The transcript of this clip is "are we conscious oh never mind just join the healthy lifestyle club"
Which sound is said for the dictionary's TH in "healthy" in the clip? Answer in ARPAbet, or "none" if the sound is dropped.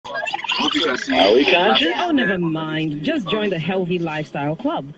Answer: TH